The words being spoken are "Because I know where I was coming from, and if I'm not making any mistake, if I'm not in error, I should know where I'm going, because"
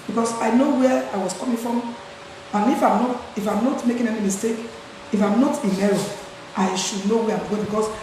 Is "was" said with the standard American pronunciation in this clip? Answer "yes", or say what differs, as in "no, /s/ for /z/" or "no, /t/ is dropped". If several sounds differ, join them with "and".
no, /s/ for /z/